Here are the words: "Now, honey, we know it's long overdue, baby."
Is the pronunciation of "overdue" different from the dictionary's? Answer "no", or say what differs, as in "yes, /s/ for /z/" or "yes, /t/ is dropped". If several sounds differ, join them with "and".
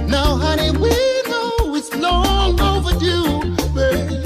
no